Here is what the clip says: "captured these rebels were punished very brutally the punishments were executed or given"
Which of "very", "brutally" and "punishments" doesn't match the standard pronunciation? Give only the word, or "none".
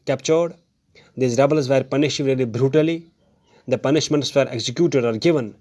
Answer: very